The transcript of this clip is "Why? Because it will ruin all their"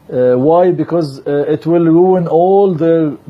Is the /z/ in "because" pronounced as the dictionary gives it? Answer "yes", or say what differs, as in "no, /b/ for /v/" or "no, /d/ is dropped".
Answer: yes